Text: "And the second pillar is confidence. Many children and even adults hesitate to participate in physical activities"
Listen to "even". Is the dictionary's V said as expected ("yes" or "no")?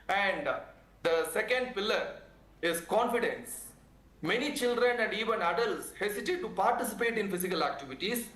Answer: yes